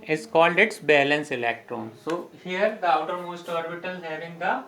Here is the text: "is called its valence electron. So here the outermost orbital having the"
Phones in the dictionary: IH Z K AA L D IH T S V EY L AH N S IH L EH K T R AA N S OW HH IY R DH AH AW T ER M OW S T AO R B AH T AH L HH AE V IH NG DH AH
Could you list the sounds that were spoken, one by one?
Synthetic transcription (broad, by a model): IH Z K AA L D IH T S B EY L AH N S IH L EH K T R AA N S OW HH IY R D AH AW T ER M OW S T AO R B AH T AH L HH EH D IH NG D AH